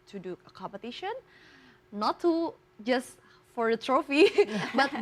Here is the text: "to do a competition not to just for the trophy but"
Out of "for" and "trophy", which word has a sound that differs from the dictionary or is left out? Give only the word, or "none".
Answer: none